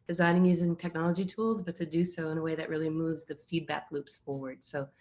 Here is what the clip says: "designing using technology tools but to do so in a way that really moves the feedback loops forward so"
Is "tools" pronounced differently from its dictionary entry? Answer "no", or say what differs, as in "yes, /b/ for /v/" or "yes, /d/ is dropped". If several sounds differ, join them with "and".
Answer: no